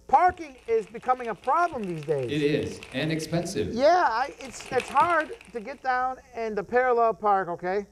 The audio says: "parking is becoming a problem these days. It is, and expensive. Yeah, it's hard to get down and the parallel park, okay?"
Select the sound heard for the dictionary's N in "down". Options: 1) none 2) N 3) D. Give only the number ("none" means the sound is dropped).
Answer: 2